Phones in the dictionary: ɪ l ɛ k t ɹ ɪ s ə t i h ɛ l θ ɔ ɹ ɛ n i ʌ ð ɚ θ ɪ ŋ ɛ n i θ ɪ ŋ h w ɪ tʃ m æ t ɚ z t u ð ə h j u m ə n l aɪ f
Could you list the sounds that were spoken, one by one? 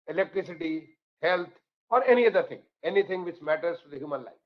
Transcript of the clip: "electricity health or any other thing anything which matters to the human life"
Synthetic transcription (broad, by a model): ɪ l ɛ k t ɹ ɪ s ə t i h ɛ l t ɔ ɹ ɛ n i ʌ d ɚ t ɪ ŋ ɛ n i t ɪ ŋ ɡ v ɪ tʃ m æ t ɚ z t u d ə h j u m ə n l aɪ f